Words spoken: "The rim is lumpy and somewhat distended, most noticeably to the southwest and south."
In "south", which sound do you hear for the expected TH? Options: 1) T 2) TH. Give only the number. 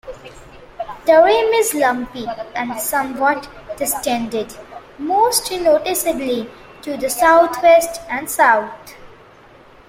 1